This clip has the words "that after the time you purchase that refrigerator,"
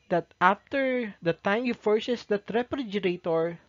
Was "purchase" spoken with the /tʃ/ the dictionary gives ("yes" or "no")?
no